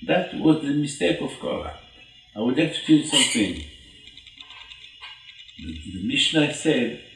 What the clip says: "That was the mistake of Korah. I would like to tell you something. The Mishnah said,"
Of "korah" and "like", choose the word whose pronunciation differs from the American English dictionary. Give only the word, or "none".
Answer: korah